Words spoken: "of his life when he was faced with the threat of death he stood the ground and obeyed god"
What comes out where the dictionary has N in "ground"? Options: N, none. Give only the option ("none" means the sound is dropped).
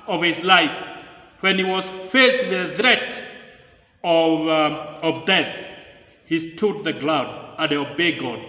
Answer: none